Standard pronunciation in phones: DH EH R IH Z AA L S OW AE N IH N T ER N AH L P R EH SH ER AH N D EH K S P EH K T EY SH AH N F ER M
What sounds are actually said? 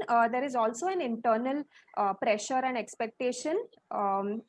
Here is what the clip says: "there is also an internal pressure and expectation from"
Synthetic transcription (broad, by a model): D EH R IH Z AA L S OW AE N IH N T ER N AH L P R EH SH ER AH N D EH K S P EH K T EY SH AH N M